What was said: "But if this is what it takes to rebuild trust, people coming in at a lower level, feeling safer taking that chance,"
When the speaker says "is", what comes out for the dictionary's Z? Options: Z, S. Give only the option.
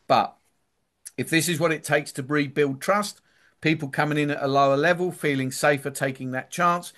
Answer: Z